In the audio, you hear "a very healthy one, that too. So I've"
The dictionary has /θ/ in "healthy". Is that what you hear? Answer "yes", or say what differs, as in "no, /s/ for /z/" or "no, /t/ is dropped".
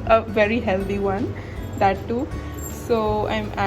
no, /t/ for /θ/